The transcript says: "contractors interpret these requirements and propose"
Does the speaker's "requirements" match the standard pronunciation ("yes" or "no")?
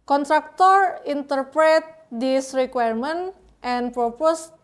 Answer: no